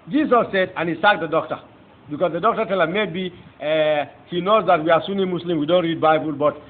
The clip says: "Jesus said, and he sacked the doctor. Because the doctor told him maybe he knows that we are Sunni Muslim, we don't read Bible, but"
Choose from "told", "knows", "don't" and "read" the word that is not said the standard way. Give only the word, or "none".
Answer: told